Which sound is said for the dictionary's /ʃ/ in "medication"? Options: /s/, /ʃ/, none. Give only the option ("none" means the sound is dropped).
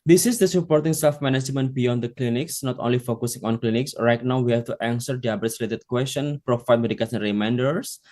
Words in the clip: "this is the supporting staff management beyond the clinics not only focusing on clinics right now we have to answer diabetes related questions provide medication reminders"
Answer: /s/